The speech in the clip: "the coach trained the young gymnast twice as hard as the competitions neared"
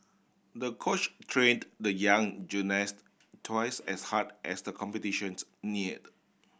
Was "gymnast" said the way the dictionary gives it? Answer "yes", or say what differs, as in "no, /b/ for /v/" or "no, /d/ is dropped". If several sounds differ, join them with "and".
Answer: no, /m/ is dropped